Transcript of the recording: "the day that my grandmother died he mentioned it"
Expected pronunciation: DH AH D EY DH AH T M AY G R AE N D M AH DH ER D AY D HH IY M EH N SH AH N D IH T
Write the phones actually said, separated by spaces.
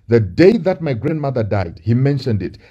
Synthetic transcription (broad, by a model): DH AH D EY DH AH T M AY G R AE N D M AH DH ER D AY D HH IY M EH N SH AH N D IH T